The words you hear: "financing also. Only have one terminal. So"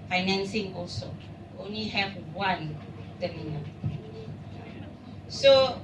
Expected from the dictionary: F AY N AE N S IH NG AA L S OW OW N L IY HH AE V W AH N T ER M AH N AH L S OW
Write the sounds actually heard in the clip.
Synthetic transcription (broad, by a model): F AY N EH N S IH NG AA L S OW OW N L IY HH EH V W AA N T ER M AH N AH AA S OW